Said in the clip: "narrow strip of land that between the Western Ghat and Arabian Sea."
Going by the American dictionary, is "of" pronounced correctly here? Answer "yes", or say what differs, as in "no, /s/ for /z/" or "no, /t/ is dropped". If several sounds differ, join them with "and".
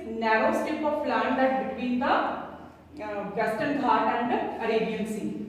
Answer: no, /p/ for /v/